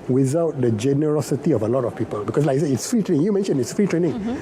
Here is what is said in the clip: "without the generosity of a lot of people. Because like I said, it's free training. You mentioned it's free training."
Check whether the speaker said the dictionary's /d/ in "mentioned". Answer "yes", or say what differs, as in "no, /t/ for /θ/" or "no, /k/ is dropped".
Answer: no, /d/ is dropped